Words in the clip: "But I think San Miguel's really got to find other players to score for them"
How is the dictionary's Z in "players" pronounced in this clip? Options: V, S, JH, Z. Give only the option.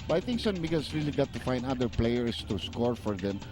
S